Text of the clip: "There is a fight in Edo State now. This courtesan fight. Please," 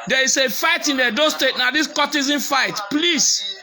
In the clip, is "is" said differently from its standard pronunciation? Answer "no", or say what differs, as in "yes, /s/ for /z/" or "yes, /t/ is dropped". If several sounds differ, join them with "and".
yes, /s/ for /z/